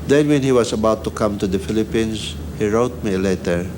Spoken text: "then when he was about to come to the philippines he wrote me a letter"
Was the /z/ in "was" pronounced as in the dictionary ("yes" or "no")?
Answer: no